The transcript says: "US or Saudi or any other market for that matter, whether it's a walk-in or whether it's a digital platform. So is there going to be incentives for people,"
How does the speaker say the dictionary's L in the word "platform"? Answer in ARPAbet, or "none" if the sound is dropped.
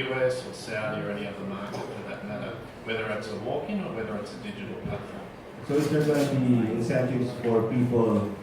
none